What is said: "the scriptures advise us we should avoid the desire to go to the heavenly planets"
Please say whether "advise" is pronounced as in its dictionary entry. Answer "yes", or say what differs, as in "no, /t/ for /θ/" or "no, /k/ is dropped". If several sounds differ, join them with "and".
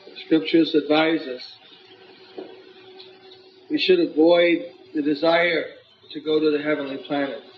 yes